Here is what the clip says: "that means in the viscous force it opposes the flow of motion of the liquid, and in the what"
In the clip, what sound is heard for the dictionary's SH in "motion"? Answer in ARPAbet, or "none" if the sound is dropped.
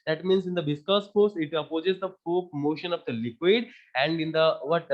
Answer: SH